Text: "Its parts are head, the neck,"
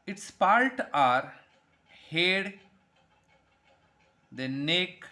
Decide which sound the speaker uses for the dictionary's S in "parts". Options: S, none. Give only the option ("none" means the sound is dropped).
none